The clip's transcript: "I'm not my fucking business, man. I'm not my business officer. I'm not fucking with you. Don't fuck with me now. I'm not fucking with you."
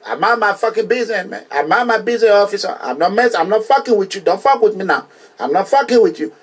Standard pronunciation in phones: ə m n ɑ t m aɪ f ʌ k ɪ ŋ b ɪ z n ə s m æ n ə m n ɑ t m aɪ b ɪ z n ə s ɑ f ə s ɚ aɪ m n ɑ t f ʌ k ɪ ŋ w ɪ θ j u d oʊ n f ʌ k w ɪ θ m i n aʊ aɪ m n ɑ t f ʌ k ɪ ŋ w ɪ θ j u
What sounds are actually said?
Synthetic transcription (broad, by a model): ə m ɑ m aɪ f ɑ k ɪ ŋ b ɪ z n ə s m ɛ ə m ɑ m aɪ b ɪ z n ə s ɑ f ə s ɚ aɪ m n ɑ t f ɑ k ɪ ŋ w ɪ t j u d oʊ n f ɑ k w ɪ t m i n aʊ aɪ m n ɑ t f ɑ k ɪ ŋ w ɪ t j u